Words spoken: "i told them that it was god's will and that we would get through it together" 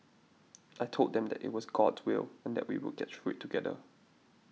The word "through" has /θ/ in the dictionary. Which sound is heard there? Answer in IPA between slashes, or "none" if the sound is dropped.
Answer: /f/